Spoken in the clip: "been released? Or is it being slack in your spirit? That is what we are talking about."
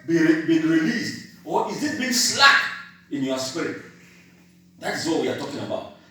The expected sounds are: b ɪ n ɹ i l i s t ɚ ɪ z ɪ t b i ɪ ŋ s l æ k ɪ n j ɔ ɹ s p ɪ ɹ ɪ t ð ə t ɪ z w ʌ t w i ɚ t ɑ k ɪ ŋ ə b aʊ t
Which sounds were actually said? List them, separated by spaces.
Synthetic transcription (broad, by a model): b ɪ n ɹ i l i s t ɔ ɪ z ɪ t b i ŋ s l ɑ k ɪ n j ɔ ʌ s p ɪ ɹ ɪ t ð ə t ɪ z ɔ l w i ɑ t ɑ k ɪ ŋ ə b aʊ t